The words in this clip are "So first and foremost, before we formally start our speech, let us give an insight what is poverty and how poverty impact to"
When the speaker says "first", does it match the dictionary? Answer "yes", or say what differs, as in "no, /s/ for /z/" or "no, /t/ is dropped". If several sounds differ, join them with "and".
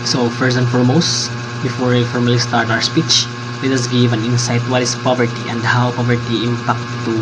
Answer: no, /t/ is dropped